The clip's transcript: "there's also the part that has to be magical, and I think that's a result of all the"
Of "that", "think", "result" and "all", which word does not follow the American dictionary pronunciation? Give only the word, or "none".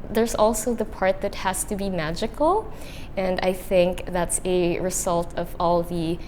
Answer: none